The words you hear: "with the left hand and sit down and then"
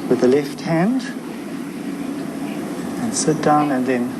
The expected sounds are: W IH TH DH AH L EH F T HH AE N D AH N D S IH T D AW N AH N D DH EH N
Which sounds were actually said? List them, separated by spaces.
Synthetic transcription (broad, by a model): W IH DH AH L EH F T HH AE N D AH N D S IH T D AW N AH N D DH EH N